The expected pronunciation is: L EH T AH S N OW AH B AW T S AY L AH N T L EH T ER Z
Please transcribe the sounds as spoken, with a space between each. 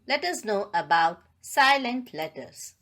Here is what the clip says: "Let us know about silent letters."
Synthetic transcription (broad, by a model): L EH T AH S N OW AH B AW T S AY L AH N T L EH T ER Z